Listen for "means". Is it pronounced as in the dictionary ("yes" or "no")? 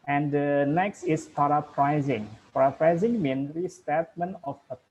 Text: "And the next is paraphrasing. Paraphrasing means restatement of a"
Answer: no